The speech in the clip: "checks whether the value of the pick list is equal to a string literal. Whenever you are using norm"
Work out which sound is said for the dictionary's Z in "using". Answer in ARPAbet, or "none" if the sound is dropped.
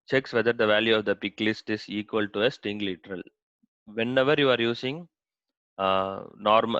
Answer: S